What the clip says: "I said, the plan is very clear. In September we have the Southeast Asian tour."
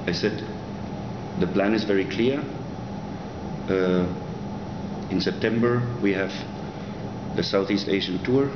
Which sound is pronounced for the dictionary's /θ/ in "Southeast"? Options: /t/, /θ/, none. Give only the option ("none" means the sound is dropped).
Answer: /θ/